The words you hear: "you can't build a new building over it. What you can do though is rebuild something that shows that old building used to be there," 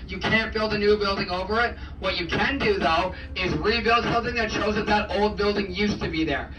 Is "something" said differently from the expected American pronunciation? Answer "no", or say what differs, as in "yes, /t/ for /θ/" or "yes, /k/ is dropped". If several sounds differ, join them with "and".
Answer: no